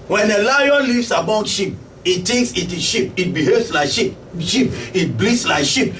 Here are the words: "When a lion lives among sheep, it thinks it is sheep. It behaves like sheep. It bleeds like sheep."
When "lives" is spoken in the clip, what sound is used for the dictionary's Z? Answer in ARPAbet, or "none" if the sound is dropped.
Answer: S